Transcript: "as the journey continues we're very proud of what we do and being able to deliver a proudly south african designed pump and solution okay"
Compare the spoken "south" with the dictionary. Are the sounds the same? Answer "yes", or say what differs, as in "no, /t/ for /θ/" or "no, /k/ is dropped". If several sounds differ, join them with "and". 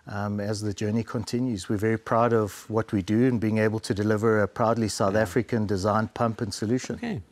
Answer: yes